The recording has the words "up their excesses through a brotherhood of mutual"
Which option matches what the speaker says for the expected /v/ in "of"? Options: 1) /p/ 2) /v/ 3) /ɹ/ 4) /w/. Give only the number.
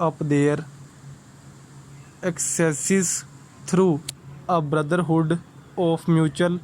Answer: 1